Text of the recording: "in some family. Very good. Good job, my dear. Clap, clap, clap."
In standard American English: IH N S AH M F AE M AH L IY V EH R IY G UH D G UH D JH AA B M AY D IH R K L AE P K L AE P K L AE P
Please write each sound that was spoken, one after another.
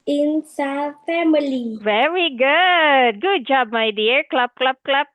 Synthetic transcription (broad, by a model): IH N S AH F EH M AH L IY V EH R IY G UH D G UH D JH AA B M AY D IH R K L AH B K L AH B K L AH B